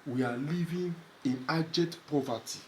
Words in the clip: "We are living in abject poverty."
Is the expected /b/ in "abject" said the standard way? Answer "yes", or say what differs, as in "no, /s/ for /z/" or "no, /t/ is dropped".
no, /b/ is dropped